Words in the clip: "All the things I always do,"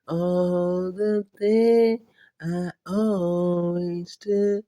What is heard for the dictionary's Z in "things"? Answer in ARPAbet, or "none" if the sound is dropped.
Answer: none